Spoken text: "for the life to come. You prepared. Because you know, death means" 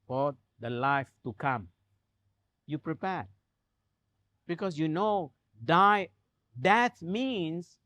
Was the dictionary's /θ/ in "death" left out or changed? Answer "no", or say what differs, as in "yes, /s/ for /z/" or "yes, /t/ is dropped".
yes, /t/ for /θ/